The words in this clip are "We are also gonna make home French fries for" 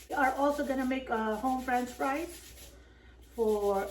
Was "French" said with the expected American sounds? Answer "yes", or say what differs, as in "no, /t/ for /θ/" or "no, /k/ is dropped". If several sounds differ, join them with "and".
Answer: no, /s/ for /tʃ/